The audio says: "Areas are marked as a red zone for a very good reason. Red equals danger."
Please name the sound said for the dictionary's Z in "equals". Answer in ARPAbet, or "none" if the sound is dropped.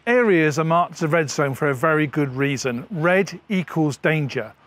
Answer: Z